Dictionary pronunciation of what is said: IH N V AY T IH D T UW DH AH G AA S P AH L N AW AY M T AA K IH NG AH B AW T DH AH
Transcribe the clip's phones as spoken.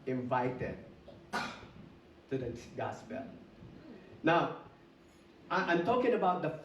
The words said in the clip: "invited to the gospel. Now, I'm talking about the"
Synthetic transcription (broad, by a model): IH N V AY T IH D T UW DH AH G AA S B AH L N AW AY M T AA K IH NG AH B AW T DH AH